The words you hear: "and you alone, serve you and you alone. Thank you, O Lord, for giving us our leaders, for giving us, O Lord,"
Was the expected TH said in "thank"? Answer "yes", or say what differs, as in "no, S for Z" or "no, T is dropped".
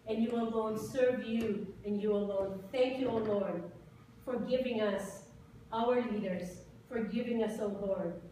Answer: yes